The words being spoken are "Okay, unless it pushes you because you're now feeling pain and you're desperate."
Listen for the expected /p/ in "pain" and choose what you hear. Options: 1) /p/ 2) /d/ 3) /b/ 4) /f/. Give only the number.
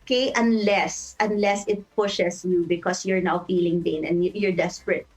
3